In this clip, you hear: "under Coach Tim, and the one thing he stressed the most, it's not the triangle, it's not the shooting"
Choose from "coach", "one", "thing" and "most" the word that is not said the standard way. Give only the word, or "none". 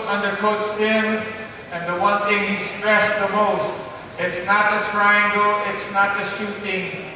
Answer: coach